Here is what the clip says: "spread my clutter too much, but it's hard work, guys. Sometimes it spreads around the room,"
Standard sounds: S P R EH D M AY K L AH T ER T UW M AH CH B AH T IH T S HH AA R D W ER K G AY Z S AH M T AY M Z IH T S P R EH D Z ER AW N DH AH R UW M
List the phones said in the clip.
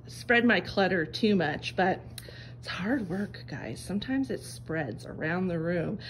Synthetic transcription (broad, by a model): S P R EH D M AY K L AH T ER T UW M AH CH B AH T IH T S HH AA R D W ER K G AY Z S AH M T AY M Z IH T S P R EH D Z ER AW N DH AH R UW M